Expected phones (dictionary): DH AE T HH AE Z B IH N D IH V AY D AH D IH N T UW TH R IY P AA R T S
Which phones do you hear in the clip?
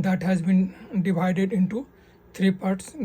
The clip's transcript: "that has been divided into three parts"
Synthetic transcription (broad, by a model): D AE T HH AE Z B IH N D IH V AY D AH D IH N T UW T R IY P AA R T S